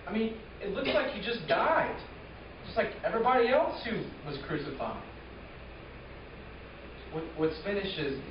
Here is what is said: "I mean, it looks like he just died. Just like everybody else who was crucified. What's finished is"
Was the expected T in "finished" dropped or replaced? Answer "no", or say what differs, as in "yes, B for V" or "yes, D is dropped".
yes, T is dropped